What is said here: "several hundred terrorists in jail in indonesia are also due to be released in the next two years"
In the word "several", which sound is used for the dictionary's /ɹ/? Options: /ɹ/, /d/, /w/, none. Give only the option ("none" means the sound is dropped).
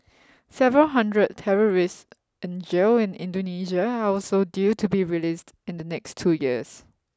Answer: /ɹ/